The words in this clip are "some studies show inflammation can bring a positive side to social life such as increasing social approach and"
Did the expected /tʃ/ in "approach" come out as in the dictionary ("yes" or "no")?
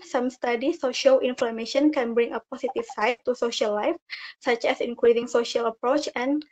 yes